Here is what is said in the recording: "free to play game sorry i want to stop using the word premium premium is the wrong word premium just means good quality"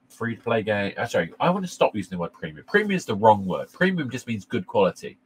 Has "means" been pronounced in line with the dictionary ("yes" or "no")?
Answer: yes